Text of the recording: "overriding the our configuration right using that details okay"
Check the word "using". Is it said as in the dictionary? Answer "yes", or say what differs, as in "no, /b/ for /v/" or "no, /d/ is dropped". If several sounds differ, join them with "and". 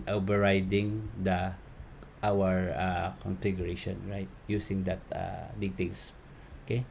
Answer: no, /s/ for /z/